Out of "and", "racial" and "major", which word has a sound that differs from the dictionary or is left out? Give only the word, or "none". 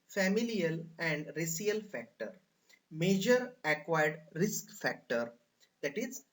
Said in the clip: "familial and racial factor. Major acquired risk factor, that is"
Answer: racial